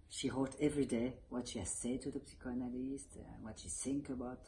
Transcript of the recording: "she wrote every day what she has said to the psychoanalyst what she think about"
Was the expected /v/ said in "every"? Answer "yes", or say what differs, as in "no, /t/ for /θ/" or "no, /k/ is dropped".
yes